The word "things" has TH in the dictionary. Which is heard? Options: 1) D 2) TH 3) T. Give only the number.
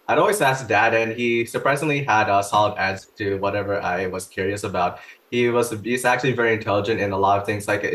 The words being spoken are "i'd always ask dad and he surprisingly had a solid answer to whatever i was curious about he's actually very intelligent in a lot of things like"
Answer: 2